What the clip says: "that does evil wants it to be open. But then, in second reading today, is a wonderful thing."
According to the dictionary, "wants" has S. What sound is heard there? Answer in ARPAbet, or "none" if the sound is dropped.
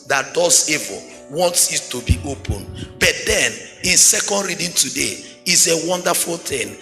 S